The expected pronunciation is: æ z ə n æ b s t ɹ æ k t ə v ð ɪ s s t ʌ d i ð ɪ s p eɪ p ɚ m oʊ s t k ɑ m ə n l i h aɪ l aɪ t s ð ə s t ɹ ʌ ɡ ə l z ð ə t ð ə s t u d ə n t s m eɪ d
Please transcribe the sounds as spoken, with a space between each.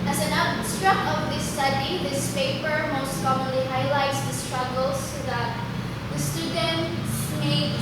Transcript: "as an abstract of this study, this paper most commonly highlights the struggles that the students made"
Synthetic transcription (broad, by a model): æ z ə n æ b s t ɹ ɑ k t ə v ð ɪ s s t ʌ d i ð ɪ s p eɪ p ɚ m oʊ s t k ɑ m ə n l i h aɪ l aɪ t s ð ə s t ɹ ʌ ɡ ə l s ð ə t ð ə s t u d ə n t s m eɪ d